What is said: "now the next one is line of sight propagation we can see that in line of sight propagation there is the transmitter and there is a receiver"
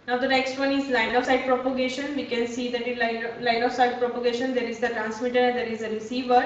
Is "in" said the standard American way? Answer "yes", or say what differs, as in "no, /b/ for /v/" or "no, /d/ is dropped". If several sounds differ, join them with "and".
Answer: no, /l/ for /n/